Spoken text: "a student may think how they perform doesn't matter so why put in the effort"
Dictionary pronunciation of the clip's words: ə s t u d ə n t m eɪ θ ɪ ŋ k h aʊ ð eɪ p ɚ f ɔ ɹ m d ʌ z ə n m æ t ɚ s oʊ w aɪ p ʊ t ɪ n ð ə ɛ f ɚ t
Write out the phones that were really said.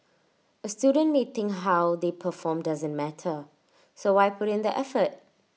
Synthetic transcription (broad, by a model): ə s t u d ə n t m eɪ t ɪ ŋ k h aʊ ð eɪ p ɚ f ɔ m d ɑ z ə n m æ t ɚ s oʊ w aɪ p ʊ t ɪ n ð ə ɛ f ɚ t